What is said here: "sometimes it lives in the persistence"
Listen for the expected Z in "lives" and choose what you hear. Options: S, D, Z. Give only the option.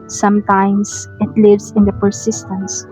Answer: S